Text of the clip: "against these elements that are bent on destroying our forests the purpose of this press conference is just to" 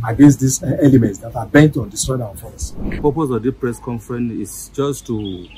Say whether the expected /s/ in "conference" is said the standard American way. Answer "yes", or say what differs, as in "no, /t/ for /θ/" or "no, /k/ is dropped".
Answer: no, /s/ is dropped